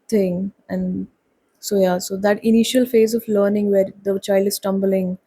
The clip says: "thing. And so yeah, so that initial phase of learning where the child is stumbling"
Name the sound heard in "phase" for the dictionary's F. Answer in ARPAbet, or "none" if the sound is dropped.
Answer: F